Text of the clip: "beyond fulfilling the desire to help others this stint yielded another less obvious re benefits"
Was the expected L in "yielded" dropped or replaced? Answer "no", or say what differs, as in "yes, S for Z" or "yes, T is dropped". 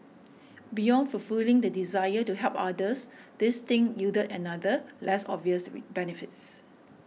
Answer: yes, L is dropped